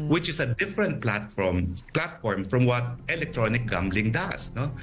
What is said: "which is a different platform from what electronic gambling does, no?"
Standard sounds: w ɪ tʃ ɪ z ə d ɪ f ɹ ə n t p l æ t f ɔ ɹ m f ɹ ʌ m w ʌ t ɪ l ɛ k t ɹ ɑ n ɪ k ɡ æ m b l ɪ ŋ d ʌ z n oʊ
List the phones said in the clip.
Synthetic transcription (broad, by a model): w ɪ tʃ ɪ s ə d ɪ f ɹ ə n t p l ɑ t f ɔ ɹ m f ɹ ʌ m w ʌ t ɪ l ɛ k t ɹ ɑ n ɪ k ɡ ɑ m b l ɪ ŋ d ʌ s n oʊ